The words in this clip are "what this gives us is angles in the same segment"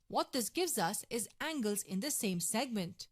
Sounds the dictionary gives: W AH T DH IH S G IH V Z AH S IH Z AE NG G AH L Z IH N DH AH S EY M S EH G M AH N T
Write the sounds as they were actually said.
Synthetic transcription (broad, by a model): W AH T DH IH S G IH V Z AH S IH Z AE NG G AH L Z IH N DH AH S EY M S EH G M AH N T